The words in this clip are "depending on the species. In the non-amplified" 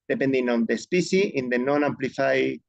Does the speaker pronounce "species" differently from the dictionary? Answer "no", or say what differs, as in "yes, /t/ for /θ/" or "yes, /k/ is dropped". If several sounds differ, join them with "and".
yes, /z/ is dropped